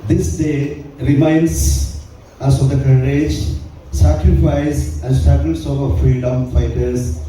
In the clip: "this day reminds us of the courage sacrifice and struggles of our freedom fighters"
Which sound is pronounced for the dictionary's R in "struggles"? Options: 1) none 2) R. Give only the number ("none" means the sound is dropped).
1